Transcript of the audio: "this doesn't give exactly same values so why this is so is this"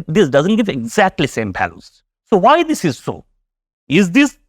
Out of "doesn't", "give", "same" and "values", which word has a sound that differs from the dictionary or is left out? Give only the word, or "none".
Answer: values